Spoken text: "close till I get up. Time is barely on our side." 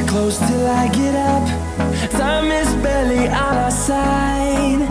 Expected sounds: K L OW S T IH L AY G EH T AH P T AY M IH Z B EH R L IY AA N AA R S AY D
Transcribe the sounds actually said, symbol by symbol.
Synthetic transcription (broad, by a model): K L OW S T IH AY G EH T AH P S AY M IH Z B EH L IY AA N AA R S AY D